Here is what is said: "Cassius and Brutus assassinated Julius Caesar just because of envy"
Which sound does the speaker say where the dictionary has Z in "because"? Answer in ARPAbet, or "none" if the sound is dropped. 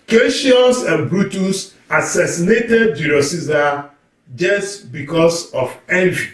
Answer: S